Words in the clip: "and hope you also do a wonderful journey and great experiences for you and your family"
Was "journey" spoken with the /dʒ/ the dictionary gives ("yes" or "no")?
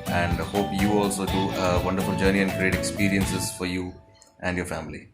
yes